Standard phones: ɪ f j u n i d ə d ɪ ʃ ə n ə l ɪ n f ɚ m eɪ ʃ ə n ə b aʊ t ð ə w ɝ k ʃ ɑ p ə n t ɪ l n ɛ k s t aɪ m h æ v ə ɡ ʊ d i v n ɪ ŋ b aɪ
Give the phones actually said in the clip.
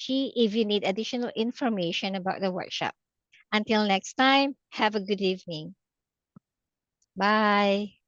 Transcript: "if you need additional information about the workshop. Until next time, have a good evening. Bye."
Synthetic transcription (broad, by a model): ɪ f j u n i d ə d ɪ ʃ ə n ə l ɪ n f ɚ m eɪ ʃ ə n ə b aʊ t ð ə w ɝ k ʃ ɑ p ə n t ɪ l n ɛ k s t aɪ m h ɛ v ə ɡ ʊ d i v n ɪ ŋ b aɪ